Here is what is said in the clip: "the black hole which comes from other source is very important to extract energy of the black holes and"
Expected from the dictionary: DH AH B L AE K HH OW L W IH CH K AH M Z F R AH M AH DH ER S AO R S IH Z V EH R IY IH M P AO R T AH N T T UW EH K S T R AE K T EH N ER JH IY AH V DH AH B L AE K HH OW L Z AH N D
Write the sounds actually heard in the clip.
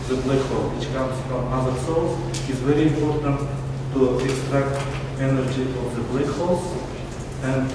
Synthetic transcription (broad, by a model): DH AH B L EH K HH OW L W IH CH K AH M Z F R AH M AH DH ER S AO L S IH Z V EH R IY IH M P AO R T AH N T T UW EH K S T R AE K T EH N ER JH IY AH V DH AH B L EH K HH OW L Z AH N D